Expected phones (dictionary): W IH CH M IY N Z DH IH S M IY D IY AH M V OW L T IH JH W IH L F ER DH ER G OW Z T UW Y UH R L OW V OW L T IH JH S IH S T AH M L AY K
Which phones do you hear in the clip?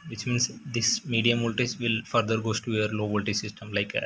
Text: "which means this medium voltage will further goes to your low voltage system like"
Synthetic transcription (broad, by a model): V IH CH M IY N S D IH S M IY D IY AH M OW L T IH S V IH L F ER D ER G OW S T UW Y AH R L OW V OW L T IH S IH S T AH M L AY K